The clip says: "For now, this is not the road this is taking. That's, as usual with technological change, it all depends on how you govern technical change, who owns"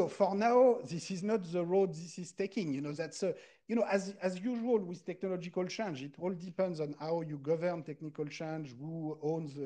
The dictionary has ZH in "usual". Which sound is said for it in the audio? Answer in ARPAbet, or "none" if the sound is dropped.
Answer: ZH